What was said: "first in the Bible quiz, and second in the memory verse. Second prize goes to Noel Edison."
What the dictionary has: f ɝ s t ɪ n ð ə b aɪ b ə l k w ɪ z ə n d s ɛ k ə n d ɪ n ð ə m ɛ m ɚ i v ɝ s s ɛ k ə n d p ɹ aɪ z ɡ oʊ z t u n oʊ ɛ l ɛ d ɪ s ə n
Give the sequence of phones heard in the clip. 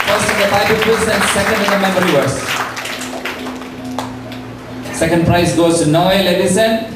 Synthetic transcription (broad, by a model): f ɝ s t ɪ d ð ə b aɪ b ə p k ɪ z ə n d s ɛ k ə n d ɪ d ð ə m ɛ m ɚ i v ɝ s s ɛ k ə n d p ɹ aɪ s ɡ oʊ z t u n oʊ ɛ l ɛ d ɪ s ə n